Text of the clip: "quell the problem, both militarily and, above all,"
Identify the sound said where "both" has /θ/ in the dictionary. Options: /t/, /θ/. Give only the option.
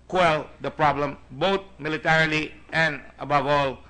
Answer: /t/